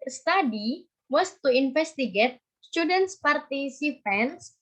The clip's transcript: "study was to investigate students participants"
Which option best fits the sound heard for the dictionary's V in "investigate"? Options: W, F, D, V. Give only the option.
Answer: F